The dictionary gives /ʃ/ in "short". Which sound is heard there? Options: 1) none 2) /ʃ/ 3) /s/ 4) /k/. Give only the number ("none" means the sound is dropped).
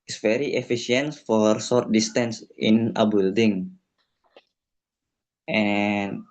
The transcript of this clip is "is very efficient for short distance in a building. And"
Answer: 3